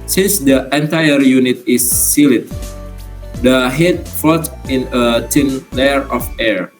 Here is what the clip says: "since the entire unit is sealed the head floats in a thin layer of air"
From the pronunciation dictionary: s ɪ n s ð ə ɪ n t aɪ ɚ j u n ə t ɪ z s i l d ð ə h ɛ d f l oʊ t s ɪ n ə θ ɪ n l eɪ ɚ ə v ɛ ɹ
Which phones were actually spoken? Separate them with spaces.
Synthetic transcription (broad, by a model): s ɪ n s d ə ɪ n t aɪ ɚ j u n ə t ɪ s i l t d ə h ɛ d f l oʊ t ɪ n ə t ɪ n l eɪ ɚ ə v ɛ ɹ